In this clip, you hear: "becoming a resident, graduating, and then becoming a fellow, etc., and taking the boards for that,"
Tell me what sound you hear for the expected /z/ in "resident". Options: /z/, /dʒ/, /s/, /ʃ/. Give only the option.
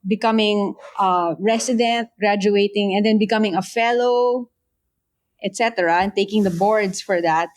/s/